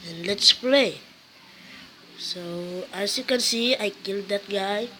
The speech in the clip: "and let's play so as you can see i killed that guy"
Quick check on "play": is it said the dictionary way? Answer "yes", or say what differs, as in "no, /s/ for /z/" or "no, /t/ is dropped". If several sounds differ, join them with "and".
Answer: yes